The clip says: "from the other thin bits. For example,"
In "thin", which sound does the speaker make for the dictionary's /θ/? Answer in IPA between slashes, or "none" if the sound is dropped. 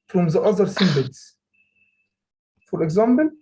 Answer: /s/